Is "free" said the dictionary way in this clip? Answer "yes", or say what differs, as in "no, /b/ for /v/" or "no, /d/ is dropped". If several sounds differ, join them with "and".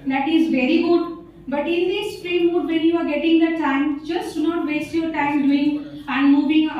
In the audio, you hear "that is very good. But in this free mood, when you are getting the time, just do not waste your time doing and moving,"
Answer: no, /p/ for /f/